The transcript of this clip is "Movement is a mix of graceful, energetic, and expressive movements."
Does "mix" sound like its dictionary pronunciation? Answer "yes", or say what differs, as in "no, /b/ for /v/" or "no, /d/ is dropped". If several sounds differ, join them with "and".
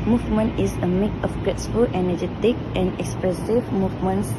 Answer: no, /s/ is dropped